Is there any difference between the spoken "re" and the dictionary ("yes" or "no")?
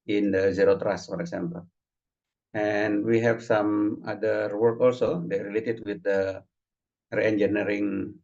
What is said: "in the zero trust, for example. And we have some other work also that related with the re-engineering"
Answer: no